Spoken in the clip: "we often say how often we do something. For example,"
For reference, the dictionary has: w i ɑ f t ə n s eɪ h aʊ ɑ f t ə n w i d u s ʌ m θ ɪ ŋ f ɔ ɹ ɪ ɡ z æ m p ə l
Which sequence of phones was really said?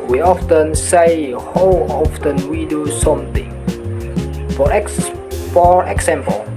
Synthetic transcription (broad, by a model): w i ɑ f t ə n s eɪ h aʊ ɑ f t ə n w i d u s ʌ m t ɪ ŋ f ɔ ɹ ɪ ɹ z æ m p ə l